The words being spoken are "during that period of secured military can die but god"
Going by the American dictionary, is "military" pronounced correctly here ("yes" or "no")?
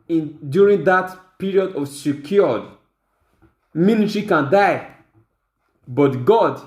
no